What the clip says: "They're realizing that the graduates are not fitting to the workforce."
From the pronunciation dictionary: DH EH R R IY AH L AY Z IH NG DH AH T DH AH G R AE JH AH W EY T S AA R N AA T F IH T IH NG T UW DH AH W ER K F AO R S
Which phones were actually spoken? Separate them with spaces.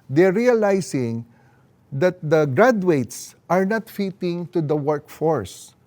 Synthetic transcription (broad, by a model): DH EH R R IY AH L AY S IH NG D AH T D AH G R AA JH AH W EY T S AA R N AA T F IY T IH NG T UW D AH W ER K F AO R S